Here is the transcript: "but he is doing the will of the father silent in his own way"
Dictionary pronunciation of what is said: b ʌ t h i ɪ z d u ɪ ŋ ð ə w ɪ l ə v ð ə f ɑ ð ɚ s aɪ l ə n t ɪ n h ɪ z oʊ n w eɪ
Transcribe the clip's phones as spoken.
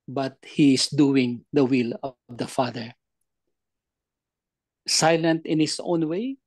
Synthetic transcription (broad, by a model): b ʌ t h i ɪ s d u ɪ ŋ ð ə w ɪ l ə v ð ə f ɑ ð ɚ s aɪ l ə n t ɪ n h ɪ s oʊ n w eɪ